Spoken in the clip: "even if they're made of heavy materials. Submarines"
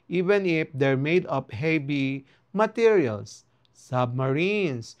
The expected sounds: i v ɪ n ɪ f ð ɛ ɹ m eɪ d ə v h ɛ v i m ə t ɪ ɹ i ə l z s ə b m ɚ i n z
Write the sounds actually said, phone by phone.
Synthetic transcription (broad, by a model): i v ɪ n ɪ f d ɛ ɹ m eɪ d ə p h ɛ b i m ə t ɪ ɹ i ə l s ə b m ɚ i n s